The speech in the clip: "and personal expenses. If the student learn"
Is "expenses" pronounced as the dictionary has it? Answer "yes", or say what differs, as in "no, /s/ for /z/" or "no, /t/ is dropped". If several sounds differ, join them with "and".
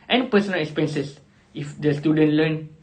no, /s/ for /z/